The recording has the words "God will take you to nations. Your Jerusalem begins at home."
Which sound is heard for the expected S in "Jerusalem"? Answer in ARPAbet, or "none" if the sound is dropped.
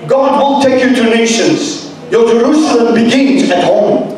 S